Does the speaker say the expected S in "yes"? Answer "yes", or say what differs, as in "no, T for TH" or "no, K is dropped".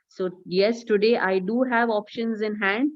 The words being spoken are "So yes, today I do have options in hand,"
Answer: yes